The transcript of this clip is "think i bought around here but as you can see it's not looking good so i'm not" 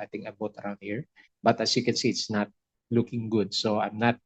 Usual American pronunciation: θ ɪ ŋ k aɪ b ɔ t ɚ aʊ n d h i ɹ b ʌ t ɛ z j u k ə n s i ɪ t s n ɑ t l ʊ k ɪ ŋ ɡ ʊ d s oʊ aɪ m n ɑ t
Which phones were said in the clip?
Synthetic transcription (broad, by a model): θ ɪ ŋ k aɪ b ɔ t ɚ aʊ n d h i ɹ b ʌ t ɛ s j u k ə n s i ɪ t s n ɑ t l ʊ k ɪ ŋ ɡ ʊ d s oʊ aɪ m n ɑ t